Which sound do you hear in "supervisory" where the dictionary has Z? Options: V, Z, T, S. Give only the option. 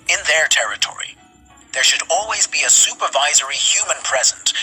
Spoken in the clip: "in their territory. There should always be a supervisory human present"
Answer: Z